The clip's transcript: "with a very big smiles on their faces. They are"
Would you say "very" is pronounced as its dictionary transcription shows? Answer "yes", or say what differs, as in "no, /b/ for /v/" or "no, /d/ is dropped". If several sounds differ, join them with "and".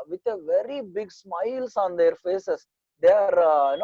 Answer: yes